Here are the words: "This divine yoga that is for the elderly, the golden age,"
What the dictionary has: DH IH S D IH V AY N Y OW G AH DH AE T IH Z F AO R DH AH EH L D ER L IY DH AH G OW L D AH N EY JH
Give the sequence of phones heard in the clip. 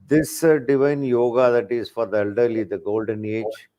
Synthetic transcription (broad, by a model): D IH S D IH V AY N Y OW G AH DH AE T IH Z F AO R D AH EH L D ER L IY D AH G OW L D AH N EY JH